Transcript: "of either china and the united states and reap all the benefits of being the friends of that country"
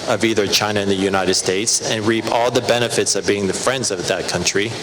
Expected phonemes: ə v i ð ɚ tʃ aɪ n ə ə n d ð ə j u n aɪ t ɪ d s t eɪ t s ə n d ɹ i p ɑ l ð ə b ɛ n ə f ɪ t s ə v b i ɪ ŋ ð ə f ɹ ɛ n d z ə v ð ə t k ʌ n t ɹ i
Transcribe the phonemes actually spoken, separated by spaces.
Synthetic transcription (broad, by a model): ə v i ð ɚ tʃ aɪ n ə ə n ð ə j u n aɪ t ɪ d s t eɪ t s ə n ɹ i p ɑ l ð ə b ɛ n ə f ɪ t s ə v b i ɪ ŋ ð ə f ɹ ɛ n d z ə v ð ə t k ʌ n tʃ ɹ i